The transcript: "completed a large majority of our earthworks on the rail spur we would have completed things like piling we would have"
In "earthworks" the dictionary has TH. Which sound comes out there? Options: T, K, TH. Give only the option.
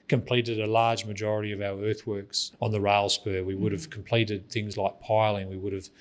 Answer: TH